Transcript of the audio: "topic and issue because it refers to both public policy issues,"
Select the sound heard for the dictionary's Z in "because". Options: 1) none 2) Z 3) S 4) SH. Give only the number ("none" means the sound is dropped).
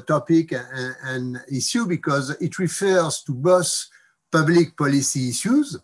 2